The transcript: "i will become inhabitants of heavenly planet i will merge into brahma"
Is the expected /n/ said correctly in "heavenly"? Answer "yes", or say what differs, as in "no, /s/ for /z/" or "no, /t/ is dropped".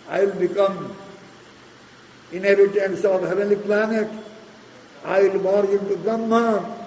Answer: no, /n/ is dropped